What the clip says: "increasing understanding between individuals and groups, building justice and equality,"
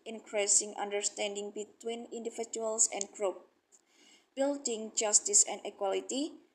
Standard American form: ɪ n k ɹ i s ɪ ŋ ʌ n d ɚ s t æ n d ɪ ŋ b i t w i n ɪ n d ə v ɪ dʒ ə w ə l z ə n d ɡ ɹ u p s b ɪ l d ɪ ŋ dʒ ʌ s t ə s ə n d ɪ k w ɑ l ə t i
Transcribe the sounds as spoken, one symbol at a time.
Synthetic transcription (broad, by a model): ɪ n k ɹ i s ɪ ŋ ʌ n d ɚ s t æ n d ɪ ŋ b i t w i n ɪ n d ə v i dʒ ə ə l s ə n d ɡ ɹ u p b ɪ l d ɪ ŋ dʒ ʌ s t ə s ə n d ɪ k w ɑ l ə t i